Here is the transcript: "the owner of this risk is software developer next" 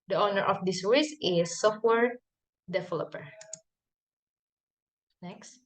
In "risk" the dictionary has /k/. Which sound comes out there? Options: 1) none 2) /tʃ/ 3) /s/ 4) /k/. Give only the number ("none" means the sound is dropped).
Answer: 1